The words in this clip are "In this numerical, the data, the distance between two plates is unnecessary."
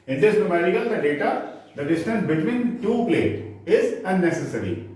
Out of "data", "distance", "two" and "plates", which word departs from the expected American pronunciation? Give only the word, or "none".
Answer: plates